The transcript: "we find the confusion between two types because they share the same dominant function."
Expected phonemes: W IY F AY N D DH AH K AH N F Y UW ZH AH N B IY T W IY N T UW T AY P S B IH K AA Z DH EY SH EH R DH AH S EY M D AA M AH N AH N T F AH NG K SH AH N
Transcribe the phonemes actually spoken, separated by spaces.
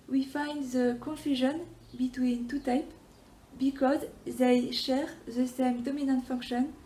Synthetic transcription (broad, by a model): W IY F AY N D DH AH K AH N F Y UW ZH AH N B IY T W IY N T UW T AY P B IH K AA Z DH EY SH EH R DH AH S EY M D AA M AH N AH N T F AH NG K SH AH N